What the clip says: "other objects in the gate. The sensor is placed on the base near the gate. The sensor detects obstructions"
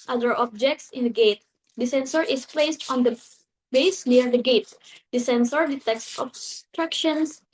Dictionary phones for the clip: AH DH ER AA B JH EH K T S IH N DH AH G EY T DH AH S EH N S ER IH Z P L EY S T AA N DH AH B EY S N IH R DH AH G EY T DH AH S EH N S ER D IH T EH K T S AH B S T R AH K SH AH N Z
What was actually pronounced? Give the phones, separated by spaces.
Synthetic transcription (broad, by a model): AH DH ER AA B JH EH K T S IH N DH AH G EY T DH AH S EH N S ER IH S P L EY S T AA N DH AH B EY S N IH R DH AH G EY T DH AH S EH N S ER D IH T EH K S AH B S T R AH K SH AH N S